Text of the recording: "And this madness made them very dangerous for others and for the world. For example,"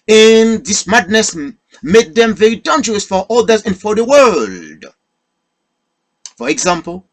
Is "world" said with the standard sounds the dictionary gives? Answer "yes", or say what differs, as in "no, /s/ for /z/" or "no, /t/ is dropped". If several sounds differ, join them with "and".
yes